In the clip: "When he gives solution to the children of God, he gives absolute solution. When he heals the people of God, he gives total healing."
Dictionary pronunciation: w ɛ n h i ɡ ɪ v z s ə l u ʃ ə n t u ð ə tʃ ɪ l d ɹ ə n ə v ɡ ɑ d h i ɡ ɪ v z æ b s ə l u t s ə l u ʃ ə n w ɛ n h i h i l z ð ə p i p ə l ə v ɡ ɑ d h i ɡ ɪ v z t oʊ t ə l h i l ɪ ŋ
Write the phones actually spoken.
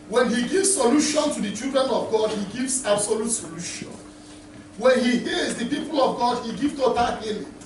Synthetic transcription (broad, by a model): w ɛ n h i ɡ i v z s ə l u ʃ ə n t u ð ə tʃ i l d ɹ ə n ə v ɡ ɑ d h i ɡ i v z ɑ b s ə l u t s ə l u ʃ ə n w ɛ n h i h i z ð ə p i p ə l ə v ɡ ɑ d h i ɡ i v t oʊ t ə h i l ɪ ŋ